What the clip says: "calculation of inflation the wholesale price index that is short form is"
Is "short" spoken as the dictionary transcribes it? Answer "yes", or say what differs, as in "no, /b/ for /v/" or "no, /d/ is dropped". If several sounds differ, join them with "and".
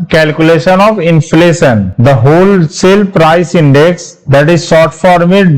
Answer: no, /s/ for /ʃ/